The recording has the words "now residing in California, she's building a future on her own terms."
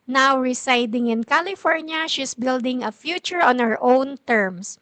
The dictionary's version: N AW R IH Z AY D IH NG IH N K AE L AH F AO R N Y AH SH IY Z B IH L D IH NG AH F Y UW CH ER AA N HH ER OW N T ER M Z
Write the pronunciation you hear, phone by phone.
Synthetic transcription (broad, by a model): N AW R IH S AY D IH NG IH N K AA L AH F AO R N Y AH SH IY S B IH L D IH NG AH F Y UW CH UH AA N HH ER OW N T ER M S